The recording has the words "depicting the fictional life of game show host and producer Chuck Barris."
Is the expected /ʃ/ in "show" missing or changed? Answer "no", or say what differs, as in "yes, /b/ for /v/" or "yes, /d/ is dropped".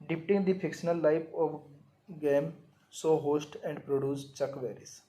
yes, /s/ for /ʃ/